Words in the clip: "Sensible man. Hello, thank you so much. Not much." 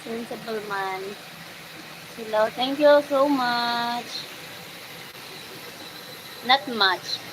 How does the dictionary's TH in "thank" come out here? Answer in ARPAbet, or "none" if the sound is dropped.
T